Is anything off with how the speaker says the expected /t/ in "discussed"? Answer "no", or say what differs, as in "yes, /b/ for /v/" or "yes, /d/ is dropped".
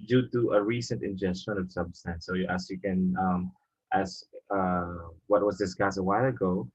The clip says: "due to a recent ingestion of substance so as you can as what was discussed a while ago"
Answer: yes, /t/ is dropped